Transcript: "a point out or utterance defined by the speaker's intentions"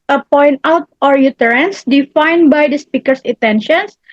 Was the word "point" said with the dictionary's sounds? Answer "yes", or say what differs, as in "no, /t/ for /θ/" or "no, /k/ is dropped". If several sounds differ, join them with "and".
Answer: yes